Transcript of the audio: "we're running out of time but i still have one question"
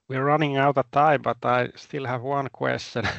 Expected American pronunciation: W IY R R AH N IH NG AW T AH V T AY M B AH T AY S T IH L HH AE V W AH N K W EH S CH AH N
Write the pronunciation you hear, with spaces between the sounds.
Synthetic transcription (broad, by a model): W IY R R AH N IH NG AW T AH T AY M B AH T AY S T IH L HH AE V W AH N K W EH S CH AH N